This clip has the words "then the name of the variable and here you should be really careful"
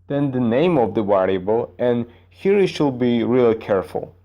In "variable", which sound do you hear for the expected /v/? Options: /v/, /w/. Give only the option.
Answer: /w/